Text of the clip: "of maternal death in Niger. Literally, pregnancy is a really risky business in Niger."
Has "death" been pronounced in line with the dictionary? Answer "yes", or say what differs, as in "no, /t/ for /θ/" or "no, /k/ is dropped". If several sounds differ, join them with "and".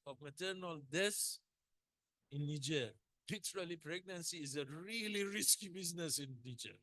no, /s/ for /θ/